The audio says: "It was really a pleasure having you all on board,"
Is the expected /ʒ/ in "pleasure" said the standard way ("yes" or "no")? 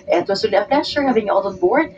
no